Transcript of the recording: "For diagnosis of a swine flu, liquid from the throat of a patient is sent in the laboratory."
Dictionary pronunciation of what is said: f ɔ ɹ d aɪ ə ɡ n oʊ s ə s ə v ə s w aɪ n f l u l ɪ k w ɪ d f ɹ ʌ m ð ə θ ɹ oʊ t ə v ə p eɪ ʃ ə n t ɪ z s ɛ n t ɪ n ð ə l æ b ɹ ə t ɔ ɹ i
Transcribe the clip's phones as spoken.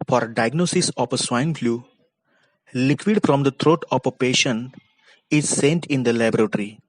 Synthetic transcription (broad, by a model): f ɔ ɹ d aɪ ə ɡ n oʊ s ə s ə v ə s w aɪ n f l u l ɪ k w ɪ d f ɹ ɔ m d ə t ɹ oʊ t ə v ə p eɪ ʃ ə n ɪ z s ɛ n t ɪ n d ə l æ b ɹ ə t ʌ ɹ i